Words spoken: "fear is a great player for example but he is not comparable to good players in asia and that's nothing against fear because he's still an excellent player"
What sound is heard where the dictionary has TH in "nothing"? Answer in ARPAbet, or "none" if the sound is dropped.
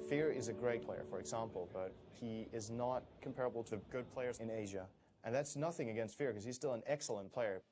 TH